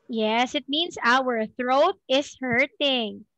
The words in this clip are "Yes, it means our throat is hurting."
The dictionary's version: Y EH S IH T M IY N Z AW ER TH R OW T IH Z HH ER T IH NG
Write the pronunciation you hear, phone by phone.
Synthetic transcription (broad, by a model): Y EH S IH T M IY N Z AW ER TH R OW T IH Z HH ER T IH NG